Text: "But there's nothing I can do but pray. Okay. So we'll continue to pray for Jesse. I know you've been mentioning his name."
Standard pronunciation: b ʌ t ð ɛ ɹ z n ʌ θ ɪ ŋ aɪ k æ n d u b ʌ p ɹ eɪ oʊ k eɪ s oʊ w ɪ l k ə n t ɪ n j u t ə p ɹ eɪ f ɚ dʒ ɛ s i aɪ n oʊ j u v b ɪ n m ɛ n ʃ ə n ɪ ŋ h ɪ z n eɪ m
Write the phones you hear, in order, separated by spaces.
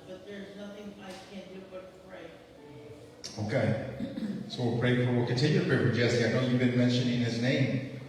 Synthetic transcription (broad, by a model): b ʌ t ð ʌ ɹ z n ʌ θ ɪ ŋ aɪ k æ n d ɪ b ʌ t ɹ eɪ oʊ k eɪ s oʊ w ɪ w k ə n t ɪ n j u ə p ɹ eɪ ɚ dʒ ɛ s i aɪ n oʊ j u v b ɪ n m ɛ n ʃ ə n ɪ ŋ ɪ z n eɪ m